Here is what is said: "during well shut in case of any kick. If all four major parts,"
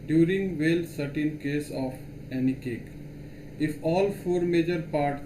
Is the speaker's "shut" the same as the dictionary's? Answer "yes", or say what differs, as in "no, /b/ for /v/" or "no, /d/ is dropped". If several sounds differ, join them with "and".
no, /s/ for /ʃ/